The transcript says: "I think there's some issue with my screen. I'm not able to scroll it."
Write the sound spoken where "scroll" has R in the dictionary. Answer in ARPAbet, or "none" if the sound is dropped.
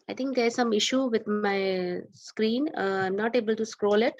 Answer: R